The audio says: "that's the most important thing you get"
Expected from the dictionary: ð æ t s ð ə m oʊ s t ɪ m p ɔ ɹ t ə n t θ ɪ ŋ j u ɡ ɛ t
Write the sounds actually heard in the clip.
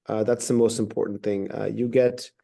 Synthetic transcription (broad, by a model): ð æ t s ð ə m oʊ s t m p ɔ ɹ t n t θ ɪ ŋ j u ɡ ɛ t